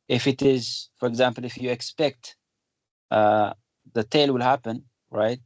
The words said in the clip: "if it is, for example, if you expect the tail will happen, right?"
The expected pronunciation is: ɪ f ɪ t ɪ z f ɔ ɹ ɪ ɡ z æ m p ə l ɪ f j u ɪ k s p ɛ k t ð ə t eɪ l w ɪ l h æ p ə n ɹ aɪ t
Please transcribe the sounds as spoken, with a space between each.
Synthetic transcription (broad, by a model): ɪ f ɪ t ɪ z f ɔ ɹ ɪ ɡ z æ m p ə l ɪ f j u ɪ k s p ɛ k t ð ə t eɪ l w ɪ l h æ p ə n ɹ aɪ t